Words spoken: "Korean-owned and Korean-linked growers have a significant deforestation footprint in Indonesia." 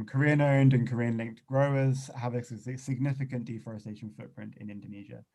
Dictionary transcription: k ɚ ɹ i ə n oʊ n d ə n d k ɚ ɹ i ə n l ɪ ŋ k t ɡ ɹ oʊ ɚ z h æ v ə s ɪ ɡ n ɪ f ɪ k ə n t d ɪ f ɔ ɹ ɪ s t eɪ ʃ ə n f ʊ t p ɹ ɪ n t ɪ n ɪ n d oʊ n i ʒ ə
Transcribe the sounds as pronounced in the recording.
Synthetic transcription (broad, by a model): k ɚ ɹ i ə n oʊ n d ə n k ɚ ɹ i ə n l ɪ ŋ k t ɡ ɹ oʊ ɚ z h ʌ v ə s ɪ ɡ n ɪ f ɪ k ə n d ɪ f ɔ ɹ ɪ s t eɪ ʃ ə n f ʊ t p ɹ ɪ n t ɪ n ɪ n d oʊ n i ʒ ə